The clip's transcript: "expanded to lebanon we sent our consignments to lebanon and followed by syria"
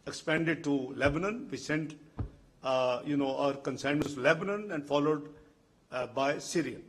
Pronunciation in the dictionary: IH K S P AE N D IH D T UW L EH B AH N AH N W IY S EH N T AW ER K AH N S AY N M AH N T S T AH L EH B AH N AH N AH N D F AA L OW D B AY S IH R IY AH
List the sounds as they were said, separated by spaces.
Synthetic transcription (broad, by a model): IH K S P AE N D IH D T UW L EH B AH N AH N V IY S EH N T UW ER K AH N S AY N AH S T L EH B AH N AH N AH N D F AA L OW D B AY S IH R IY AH